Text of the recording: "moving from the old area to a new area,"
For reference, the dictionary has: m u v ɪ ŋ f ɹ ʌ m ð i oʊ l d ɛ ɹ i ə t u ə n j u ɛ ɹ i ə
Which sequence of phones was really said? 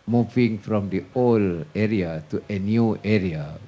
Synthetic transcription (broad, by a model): m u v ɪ ŋ f ɹ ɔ m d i oʊ l ɛ ɹ i ə t u ə n j u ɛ ɹ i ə